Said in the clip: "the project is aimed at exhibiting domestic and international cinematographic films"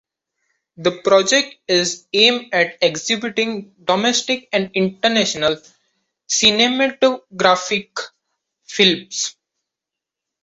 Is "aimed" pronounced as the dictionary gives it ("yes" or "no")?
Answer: no